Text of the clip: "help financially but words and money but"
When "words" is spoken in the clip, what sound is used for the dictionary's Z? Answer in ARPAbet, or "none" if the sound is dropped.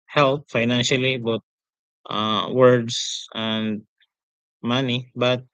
S